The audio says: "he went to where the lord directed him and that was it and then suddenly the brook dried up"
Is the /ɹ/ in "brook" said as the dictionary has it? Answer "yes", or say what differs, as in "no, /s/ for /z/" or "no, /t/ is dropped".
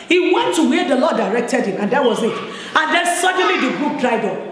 no, /ɹ/ is dropped